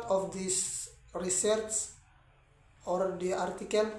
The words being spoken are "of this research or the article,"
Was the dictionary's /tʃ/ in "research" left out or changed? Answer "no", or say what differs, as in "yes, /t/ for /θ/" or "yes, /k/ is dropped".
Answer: yes, /s/ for /tʃ/